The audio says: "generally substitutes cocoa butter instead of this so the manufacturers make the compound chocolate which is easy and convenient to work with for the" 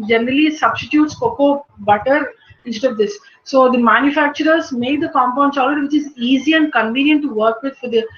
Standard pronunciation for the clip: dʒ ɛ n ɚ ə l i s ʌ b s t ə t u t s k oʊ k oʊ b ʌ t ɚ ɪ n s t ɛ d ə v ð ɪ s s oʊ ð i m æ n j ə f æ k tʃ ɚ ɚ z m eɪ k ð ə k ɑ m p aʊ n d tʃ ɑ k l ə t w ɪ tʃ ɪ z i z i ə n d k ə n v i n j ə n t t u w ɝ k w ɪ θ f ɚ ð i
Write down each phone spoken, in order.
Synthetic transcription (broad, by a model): dʒ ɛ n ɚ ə l i s ʌ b s t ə t u t s k oʊ k oʊ b ʌ t ɚ ɪ n s t ɛ d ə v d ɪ s s oʊ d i m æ n j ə f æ k tʃ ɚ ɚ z m eɪ k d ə k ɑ m p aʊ n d s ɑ l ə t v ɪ tʃ ɪ z i z i ə n d k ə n v i n j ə n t t u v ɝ k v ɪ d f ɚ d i